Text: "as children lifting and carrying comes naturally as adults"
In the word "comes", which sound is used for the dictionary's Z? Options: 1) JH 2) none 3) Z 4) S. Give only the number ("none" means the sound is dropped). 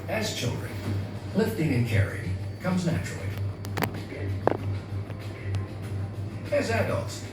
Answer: 3